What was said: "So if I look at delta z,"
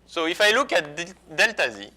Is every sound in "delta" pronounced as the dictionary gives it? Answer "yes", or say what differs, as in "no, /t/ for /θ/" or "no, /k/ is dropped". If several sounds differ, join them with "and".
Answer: yes